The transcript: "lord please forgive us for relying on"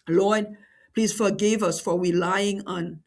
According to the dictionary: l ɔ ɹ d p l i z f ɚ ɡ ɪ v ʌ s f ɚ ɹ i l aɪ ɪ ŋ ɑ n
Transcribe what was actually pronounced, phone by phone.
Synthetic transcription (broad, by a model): l ɔ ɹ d p l i s f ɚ ɡ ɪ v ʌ s f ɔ w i l aɪ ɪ ŋ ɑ n